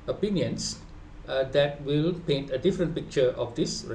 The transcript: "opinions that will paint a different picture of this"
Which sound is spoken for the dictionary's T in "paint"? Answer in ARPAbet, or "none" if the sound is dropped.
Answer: T